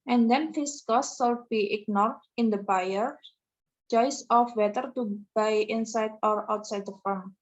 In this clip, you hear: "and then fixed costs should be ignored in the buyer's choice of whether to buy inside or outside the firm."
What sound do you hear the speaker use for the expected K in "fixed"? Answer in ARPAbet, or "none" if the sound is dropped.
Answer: none